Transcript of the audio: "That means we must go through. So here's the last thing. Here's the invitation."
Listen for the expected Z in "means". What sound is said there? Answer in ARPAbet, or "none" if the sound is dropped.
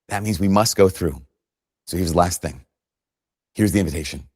Z